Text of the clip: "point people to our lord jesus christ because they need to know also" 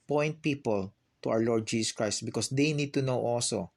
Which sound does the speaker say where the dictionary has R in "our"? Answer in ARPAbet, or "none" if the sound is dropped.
W